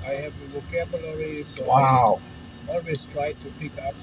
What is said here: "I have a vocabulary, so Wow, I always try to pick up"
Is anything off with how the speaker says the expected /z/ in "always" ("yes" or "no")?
yes